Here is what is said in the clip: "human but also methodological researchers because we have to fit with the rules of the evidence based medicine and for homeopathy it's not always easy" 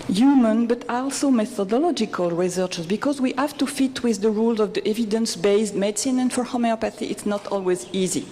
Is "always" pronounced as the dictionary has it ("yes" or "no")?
yes